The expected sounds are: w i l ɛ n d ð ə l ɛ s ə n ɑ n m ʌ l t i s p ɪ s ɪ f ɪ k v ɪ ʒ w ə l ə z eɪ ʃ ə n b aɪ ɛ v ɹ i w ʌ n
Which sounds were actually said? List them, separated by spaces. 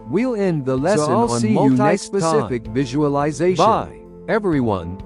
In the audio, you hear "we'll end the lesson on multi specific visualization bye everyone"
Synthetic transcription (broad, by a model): w i l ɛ n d ð ə l ɛ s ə l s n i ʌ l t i s p ɪ s ɪ f ɪ k v ɪ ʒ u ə l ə z eɪ ə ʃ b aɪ ɛ v ɹ i w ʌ n